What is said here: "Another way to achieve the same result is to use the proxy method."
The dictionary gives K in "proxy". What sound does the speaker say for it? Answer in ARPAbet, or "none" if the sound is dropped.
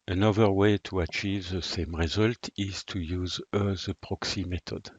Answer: K